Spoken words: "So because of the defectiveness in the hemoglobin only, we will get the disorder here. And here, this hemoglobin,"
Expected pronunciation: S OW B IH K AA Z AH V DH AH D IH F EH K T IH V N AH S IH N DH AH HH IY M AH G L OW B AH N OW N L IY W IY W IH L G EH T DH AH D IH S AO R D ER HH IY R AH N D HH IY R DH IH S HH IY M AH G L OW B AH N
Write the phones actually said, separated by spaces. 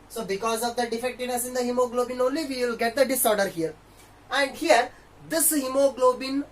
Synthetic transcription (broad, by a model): S OW B IH K AA Z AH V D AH D IH F EH K T IH V N AH S IH N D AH HH IY M AH G L OW B AH N OW N L IY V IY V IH L G EH T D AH D IH S AO R D ER HH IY R AH N D HH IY R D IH S HH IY M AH G L OW B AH N